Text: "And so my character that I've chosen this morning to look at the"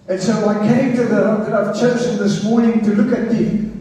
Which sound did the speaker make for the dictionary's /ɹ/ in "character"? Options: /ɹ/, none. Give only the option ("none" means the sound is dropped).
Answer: none